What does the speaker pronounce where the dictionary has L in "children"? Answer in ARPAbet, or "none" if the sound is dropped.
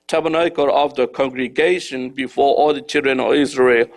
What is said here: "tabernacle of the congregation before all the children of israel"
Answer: L